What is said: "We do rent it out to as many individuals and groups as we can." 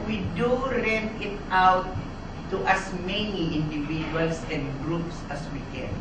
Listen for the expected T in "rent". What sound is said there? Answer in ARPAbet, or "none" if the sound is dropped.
none